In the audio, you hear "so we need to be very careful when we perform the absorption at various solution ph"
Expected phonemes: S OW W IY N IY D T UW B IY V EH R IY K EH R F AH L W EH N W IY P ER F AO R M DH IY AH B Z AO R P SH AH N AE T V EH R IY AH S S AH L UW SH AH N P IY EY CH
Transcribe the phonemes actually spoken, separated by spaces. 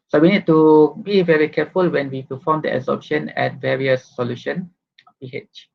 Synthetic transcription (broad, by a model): S OW W IY N IY D T UW B IY V EH R IY K EH F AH L W EH N W IY P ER F AO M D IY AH Z AO P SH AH N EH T V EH R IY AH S S AH L UW SH AH N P IY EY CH